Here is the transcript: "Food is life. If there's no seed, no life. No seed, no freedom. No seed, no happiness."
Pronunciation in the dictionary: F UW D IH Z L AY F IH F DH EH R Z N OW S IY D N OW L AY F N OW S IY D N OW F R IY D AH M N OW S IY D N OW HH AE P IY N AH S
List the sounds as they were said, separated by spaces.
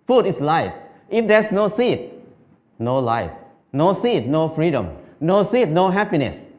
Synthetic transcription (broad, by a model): F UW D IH S L AY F IH F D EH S N OW S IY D N OW L AY F N OW S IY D N OW F R IY D AH M N OW S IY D N OW HH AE P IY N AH S